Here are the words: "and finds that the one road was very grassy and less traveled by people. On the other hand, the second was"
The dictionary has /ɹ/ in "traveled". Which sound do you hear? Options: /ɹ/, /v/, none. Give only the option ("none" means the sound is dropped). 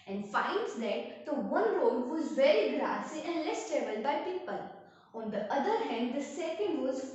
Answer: none